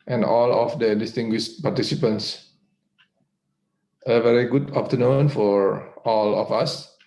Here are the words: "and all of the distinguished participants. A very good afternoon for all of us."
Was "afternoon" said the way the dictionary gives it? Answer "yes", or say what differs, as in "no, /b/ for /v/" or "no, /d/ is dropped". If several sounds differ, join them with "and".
no, /p/ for /f/